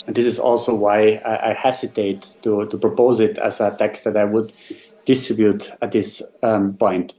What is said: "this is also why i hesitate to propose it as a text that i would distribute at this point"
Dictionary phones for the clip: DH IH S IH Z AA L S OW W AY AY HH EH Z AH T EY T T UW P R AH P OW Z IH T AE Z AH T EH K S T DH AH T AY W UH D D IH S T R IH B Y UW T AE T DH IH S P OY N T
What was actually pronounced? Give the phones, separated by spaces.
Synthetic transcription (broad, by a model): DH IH S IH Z AA L S OW W AY AY HH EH S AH T EY T T UW P R AH P OW Z IH T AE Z AH T EH K S T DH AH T AY W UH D D IH S T R IH B Y UW T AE T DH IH S P OY N T